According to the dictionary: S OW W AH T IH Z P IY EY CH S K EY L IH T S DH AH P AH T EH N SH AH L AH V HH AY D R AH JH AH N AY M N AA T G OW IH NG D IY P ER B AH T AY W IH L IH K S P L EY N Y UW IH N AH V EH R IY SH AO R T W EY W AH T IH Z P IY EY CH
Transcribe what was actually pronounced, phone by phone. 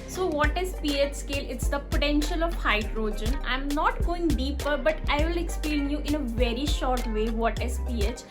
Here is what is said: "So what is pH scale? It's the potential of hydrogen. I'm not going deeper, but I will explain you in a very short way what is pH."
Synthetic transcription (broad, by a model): S OW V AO T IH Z P IY EY CH S K EY L IH T S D AH P AH T EH N SH AH L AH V HH AY D R AH JH AH N AY M N AA T G OW IH NG D IY P ER B AH T AY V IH L IH K S P L EY N Y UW IH N AH V EH R IY SH AO R T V EY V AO T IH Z P IY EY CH